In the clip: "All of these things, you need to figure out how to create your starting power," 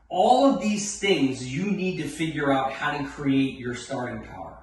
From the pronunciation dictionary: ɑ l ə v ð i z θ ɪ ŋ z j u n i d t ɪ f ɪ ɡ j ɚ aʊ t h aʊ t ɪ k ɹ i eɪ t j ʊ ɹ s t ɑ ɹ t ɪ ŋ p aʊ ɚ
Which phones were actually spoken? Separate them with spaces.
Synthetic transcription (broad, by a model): ɑ l ə v ð i z θ ɪ ŋ z j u n i d t ɪ f ɪ ɡ j ɚ aʊ t h aʊ t ɪ k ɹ i eɪ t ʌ ɹ s t ɑ ɹ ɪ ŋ p aʊ ɚ